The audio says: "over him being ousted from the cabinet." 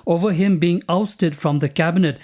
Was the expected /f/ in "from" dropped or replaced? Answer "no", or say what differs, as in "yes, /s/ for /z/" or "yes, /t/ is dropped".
no